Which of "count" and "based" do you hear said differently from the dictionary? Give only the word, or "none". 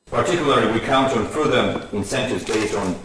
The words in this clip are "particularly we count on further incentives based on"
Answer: none